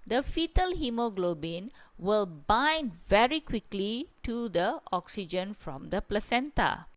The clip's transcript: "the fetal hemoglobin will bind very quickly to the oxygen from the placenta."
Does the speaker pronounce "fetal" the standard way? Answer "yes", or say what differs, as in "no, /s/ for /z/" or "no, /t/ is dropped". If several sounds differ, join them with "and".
yes